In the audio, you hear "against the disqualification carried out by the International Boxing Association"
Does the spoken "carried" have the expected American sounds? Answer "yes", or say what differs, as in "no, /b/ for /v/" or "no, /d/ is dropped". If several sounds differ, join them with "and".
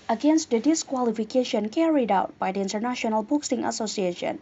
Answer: yes